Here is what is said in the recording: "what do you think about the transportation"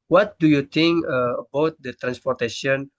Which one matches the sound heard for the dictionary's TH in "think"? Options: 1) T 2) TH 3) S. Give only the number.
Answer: 1